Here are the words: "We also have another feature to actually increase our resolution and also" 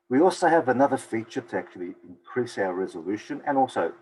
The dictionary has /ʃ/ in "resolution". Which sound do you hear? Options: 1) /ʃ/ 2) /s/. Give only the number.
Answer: 1